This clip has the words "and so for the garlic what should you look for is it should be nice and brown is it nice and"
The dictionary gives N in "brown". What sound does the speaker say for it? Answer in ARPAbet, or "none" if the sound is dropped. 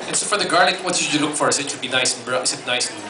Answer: none